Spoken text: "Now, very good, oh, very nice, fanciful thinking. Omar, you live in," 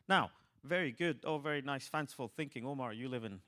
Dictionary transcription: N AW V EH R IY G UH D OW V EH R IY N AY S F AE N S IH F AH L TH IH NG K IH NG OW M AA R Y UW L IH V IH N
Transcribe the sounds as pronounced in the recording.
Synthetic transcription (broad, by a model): N AW V EH R IY G UH D OW V EH R IY N AY S F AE N S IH F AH L TH IH NG K IH NG OW M AA R Y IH L IH V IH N